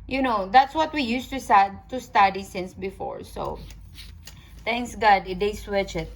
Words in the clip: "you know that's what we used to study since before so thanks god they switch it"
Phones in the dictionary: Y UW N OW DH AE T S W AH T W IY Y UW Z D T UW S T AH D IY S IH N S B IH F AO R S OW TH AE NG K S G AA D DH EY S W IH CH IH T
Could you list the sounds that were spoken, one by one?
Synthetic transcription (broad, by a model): Y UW N OW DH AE T S W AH T W IY Y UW S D T UW S T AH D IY S IH N S B IH F AO R S OW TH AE NG K S G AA D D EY S W IH CH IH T